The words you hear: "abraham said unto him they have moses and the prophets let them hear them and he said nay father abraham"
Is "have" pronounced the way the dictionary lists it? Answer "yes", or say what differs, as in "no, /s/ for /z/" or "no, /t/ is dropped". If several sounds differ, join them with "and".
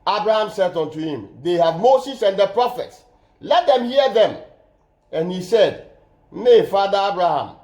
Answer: yes